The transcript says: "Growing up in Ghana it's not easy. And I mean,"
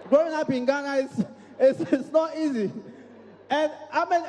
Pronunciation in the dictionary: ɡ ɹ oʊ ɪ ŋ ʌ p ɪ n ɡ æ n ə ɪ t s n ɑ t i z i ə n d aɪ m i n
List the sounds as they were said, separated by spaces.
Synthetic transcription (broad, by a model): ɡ ɹ oʊ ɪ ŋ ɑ p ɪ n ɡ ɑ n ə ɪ s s n ɑ t i z i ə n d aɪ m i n